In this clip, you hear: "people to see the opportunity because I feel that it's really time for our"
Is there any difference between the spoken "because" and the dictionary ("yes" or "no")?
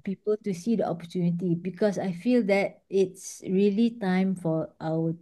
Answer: yes